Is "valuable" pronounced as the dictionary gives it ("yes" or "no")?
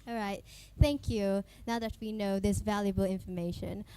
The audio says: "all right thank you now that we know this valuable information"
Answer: yes